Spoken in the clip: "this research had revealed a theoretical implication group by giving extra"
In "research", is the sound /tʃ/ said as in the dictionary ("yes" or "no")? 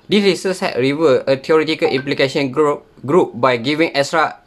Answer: no